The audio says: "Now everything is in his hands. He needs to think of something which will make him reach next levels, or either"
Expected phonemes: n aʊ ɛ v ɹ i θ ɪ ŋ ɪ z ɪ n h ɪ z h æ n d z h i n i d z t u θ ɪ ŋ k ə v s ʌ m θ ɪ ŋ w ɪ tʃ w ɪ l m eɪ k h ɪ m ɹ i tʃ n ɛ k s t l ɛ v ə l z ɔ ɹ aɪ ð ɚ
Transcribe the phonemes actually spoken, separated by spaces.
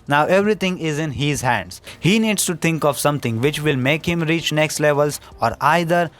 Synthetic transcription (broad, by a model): n aʊ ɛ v ɹ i t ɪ ŋ ɪ z ɪ n h ɪ z h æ n d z h i n i d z t u t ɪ ŋ k ə v s ʌ m t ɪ ŋ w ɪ tʃ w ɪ l m eɪ k h ɪ m ɹ i tʃ n ɛ k s t l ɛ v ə l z ɔ ɹ aɪ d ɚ